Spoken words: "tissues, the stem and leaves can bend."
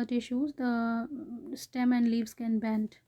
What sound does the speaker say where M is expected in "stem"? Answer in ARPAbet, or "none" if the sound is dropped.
M